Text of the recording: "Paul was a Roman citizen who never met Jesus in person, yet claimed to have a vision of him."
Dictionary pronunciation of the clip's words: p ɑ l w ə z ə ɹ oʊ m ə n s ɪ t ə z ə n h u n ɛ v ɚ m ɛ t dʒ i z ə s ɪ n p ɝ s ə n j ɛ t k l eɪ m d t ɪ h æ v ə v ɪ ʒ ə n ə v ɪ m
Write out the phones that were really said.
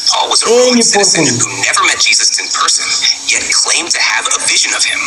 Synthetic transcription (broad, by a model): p ɑ l w ə z ə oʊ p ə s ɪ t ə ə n h u n ɛ v ɚ m ɛ t dʒ i z ə s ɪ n p ɝ s ə n j ɛ t k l eɪ m t ɪ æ v ə v ɪ ʒ ə n ə v ɪ m